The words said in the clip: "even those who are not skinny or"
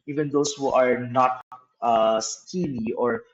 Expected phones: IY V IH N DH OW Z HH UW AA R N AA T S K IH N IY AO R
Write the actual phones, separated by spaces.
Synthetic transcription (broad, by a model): IY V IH N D OW S HH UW AA R N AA T S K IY L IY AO R